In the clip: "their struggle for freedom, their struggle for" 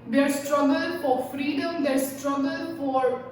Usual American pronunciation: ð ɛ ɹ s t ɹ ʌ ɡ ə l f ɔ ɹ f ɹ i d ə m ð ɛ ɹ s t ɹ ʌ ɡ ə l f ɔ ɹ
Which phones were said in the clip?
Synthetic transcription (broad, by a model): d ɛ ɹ s t ɹ ʌ ɡ ə l f ɔ ɹ f ɹ i d ə m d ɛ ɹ s t ɹ ʌ ɡ ə l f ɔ ɹ